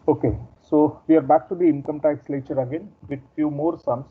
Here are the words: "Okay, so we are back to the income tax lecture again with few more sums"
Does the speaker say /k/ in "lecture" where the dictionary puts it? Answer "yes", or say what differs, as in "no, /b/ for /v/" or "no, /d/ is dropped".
no, /k/ is dropped